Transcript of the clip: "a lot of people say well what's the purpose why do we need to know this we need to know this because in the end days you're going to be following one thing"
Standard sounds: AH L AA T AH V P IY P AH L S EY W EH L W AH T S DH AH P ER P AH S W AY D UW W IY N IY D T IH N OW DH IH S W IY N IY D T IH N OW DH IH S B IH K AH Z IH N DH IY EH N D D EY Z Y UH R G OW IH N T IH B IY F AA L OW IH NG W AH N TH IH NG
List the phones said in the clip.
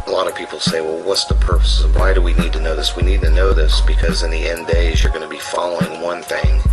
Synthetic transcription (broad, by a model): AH L AA T AH V P IY P L S EY W EH L W AH T S DH AH P ER P AH S W AY D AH W IY N IY D T IH N OW DH IH S W IY N IY D T IH N OW DH IH S B IH K AH Z IH N DH IY EH N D D EY Z Y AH R G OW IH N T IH B IY F AA L OW IH NG W AH N TH IH NG